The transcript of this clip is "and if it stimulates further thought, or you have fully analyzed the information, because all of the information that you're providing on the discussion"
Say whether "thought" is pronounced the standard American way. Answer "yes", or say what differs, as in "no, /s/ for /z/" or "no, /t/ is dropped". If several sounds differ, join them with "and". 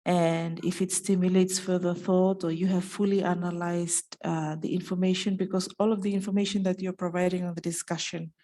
yes